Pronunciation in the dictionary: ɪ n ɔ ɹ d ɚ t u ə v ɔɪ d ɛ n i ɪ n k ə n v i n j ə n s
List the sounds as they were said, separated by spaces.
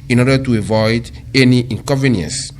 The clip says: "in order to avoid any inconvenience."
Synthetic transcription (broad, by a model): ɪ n ɔ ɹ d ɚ t u ə v ɔɪ d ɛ n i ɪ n k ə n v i n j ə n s